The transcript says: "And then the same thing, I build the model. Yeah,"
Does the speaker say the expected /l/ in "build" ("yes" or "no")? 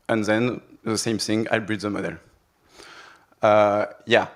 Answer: no